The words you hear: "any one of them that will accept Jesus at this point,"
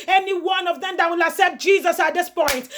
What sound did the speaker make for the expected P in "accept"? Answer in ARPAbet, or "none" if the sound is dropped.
none